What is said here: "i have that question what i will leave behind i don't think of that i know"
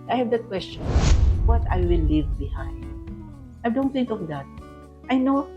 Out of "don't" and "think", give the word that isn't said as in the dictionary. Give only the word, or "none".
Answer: think